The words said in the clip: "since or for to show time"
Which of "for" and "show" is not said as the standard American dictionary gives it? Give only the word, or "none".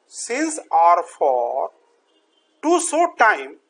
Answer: show